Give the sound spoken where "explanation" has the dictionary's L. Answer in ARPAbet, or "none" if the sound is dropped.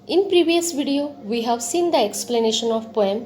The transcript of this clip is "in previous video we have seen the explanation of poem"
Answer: L